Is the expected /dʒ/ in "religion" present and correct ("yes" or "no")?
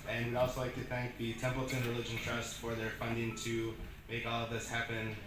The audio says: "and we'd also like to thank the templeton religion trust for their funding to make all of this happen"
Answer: yes